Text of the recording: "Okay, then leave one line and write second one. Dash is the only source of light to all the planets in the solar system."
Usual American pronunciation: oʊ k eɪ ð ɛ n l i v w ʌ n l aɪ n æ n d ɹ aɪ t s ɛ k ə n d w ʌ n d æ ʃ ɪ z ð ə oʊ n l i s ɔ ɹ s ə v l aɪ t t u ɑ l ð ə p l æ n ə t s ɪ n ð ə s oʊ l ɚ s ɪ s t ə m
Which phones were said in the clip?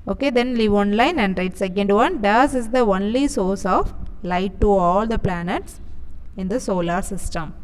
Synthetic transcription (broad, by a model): oʊ k eɪ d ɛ n l i v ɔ n l aɪ n æ n d ɹ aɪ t s ɛ k ə n d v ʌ n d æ s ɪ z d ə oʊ n l i s ɔ ɹ s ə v l aɪ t t u ɑ l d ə p l æ n ə t s ɪ n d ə s oʊ l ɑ s ɪ s t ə m